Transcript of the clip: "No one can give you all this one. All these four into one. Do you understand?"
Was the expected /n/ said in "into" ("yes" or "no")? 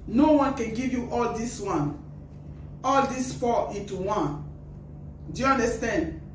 no